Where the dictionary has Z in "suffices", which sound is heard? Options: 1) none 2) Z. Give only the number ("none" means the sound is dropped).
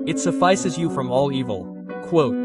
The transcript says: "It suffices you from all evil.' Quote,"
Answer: 2